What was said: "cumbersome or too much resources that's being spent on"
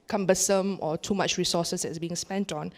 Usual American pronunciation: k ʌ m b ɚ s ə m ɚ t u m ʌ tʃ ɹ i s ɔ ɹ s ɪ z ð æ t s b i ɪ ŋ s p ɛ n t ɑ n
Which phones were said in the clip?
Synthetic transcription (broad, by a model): k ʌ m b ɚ s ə m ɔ t u m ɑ tʃ ɹ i s ɔ s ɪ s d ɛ t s b i ɪ ŋ s p ɛ n t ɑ n